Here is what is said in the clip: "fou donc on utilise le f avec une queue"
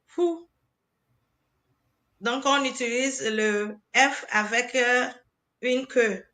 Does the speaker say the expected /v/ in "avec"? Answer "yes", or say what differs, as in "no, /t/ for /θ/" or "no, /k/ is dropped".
yes